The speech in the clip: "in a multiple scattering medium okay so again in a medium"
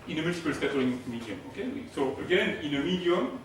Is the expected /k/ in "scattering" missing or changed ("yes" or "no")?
yes